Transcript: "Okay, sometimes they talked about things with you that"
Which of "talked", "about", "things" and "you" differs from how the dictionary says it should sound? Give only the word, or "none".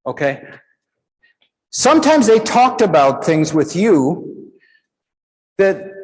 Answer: none